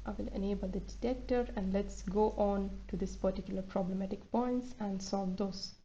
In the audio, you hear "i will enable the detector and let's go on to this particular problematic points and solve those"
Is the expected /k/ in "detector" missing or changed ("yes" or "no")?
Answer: no